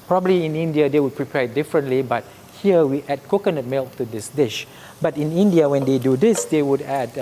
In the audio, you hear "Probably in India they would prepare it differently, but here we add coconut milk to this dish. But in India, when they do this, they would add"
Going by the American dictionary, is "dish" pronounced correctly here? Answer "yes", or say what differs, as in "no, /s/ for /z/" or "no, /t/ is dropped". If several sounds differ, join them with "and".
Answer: yes